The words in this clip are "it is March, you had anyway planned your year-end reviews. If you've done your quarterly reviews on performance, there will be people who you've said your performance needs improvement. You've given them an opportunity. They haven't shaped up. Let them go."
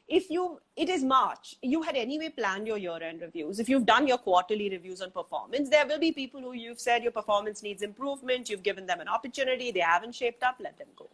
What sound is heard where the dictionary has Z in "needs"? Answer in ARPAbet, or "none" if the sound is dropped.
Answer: Z